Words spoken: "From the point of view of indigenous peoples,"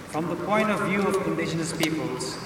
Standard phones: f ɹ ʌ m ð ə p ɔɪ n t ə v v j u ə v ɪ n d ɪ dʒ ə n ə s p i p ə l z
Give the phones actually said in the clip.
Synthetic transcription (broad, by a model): f ɹ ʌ m ð ə p ɔɪ n t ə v v j u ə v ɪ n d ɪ ʃ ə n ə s p i p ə l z